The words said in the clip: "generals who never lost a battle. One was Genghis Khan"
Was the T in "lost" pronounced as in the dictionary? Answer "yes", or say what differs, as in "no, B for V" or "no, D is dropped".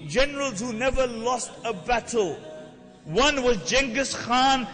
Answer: yes